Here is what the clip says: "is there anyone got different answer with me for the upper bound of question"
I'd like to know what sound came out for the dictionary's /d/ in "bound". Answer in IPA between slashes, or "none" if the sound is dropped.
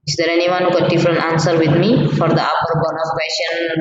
none